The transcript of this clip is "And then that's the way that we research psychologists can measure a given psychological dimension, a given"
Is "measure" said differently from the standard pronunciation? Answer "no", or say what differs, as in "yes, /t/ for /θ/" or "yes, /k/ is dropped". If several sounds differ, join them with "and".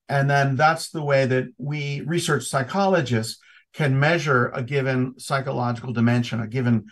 no